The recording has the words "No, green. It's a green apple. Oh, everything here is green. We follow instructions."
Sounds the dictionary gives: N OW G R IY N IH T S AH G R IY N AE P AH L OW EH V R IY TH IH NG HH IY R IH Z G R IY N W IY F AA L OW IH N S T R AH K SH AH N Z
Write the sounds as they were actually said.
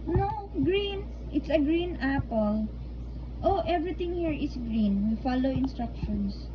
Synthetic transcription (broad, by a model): N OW G R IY N IH T S AH G R IY N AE P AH L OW EH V R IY T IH NG HH IY R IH S G R IY N W IY F AA L OW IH N S T R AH K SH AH N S